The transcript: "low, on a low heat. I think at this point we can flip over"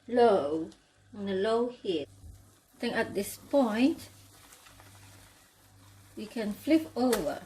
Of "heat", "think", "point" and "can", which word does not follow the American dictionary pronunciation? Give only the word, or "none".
think